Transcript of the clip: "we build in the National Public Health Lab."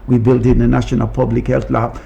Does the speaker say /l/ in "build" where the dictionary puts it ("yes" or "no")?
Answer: yes